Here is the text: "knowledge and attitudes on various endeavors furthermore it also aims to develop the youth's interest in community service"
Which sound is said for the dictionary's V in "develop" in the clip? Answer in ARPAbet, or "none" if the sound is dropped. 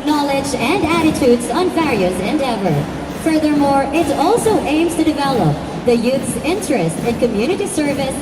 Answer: V